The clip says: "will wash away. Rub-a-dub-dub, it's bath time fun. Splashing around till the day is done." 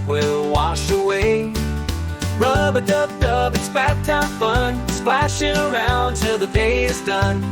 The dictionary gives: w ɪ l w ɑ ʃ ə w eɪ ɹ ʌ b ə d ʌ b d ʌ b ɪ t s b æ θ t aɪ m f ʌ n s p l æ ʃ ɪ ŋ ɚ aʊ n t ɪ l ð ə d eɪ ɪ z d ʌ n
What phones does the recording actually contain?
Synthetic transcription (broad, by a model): w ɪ l w ɑ ʃ ə w eɪ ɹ ʌ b ə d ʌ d ʌ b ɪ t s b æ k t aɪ f ʌ n s p l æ ʃ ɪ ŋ ɚ aʊ n t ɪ ð ə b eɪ ɪ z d ʌ n